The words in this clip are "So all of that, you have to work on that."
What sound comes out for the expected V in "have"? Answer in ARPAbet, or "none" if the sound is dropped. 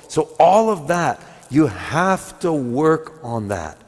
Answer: F